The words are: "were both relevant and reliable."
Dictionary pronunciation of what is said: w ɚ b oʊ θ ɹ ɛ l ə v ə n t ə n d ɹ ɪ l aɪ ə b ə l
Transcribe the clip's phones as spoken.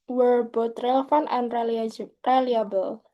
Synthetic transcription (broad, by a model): w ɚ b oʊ t ɹ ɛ l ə f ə n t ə n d ɹ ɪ l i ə b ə l